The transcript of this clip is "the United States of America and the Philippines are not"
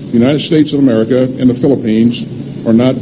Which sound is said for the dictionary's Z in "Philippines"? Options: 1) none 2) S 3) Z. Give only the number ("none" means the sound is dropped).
3